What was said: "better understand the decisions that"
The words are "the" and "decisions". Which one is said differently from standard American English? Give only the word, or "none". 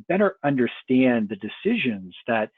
none